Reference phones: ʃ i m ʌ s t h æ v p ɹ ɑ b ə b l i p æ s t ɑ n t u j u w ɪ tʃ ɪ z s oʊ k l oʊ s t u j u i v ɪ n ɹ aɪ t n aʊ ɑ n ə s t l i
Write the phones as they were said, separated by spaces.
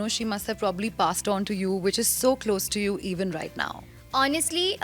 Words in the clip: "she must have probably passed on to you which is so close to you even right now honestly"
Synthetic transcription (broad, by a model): ʃ i m ʌ s t h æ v p ɹ ɑ b ə b l i p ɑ s t ɑ n t u j u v ɪ tʃ ɪ z s oʊ k l oʊ s t u j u i v ɪ n ɹ aɪ t n aʊ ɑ n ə s t l i